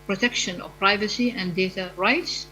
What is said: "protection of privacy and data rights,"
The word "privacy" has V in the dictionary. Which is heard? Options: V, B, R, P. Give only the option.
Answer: V